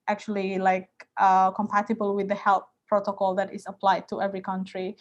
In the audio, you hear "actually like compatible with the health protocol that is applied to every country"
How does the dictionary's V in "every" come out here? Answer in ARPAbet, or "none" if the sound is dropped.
V